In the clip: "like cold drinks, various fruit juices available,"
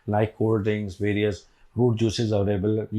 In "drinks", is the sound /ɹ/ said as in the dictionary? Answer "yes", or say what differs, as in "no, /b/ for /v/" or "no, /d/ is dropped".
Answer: no, /ɹ/ is dropped